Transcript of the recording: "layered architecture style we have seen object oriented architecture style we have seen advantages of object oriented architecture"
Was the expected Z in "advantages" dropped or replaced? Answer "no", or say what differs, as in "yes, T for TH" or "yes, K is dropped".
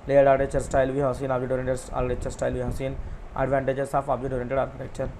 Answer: yes, S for Z